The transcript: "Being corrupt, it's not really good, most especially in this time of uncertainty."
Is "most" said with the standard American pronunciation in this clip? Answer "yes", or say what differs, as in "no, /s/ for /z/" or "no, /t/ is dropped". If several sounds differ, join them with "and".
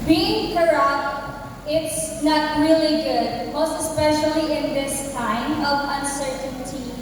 no, /s/ is dropped